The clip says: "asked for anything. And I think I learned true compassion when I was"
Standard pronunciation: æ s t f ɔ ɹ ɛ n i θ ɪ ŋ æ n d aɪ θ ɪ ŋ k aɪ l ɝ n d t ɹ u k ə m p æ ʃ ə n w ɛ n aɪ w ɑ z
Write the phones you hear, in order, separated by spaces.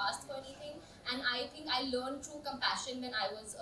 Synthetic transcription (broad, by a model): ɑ s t f ɔ ɹ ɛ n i t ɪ ŋ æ n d aɪ t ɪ ŋ k aɪ l ɝ n d t ɹ u k ə m p æ ʃ ə n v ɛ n aɪ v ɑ z